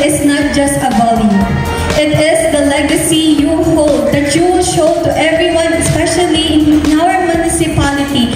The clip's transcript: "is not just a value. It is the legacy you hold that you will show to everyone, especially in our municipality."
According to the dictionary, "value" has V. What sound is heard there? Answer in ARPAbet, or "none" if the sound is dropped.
B